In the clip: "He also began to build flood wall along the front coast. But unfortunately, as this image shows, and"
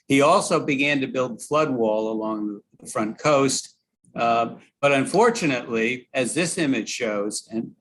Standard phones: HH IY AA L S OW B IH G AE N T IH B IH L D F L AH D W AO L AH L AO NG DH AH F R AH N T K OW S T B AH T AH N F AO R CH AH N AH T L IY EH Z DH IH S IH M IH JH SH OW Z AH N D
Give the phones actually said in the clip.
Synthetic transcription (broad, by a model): HH IY AA L S OW B IH G AE N T IH B IH L D F L AH D W AO L AH L AO NG DH AH F R AH N K OW S T B AH T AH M F AO R CH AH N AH T L IY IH Z DH IH S IH M IH JH SH OW Z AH N